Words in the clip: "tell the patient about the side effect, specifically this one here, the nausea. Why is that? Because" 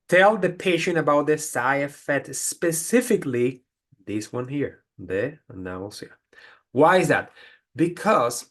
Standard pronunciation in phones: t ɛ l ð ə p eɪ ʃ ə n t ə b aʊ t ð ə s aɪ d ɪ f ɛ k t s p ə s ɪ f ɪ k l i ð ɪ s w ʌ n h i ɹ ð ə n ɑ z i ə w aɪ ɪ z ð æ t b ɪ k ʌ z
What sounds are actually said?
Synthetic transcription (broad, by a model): t ɛ l ð ə p eɪ ʃ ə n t ə b aʊ t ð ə s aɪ ɪ f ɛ t s p ə s ɪ f ɪ k l i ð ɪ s w ʌ n h i ɹ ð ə n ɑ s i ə w aɪ ɪ z ð æ t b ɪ k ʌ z